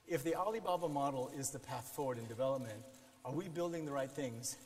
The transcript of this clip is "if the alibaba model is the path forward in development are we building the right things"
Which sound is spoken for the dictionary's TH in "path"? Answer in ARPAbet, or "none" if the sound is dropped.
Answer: TH